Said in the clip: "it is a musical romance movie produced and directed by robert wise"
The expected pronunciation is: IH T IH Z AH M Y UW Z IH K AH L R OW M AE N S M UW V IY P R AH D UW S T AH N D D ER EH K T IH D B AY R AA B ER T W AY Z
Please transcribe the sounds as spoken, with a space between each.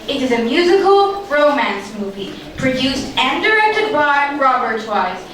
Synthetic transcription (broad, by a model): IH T IH Z AH M Y UW Z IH K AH L R OW M AE N S M UW V IY P R AH D UW S T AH N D D ER EH K T IH D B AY R AA B ER T W AY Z